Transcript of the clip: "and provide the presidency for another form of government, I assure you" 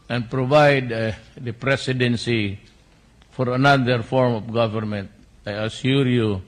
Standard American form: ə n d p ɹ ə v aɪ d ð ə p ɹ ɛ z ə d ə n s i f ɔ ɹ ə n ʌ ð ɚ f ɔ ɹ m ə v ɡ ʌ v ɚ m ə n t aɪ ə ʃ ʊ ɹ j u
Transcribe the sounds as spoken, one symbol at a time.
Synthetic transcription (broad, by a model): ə n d p ɹ ə v aɪ d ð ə p ɹ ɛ s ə d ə n s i f ɔ ɹ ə n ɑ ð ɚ f ɔ ɹ m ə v ɡ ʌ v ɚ m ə n t aɪ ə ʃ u ɹ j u